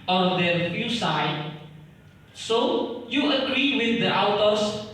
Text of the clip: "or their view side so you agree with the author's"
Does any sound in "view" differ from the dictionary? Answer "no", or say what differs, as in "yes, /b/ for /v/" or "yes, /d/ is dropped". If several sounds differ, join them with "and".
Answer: yes, /f/ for /v/